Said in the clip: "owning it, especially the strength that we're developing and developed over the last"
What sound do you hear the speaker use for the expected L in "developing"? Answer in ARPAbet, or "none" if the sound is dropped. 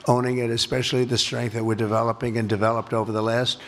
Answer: L